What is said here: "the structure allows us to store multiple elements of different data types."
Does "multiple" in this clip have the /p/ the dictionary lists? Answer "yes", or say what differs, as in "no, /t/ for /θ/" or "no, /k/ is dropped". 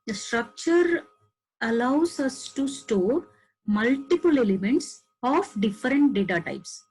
yes